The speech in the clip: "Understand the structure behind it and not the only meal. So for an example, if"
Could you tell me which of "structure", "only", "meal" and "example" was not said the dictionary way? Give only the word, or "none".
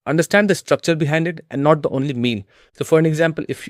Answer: meal